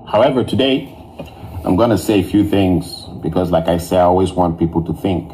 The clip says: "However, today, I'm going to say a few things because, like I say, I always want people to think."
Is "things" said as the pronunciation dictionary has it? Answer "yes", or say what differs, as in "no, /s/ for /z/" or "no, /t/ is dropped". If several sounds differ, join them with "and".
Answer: yes